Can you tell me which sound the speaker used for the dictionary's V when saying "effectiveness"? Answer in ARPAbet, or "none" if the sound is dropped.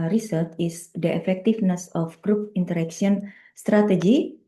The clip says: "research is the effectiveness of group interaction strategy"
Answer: F